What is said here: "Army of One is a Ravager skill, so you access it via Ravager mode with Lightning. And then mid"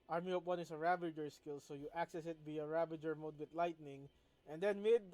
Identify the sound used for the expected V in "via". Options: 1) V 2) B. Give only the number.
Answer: 2